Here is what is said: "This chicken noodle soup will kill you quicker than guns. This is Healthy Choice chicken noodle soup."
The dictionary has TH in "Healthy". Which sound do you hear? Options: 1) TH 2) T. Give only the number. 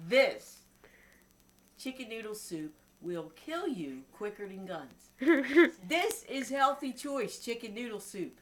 1